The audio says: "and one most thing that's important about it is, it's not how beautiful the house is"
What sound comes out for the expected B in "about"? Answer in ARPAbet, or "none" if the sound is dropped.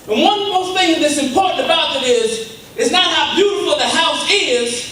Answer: B